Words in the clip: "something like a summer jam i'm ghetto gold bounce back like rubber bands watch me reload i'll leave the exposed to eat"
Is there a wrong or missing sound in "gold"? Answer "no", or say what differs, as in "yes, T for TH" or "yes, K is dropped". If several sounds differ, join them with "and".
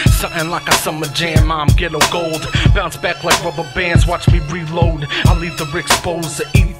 no